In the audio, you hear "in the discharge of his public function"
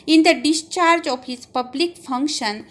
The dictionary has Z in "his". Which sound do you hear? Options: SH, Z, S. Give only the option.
S